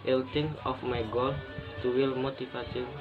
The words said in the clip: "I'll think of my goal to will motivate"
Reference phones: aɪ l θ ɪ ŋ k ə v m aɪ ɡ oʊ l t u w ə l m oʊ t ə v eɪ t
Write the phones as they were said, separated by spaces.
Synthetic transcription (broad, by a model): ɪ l t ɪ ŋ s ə f m aɪ ɡ oʊ l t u w ə l m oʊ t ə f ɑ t